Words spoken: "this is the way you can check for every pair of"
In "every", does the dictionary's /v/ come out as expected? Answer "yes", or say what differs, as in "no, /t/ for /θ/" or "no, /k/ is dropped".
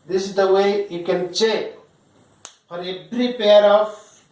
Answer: no, /p/ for /v/